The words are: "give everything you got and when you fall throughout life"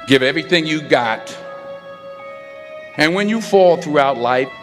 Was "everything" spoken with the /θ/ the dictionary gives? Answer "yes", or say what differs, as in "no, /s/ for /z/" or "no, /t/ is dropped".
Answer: yes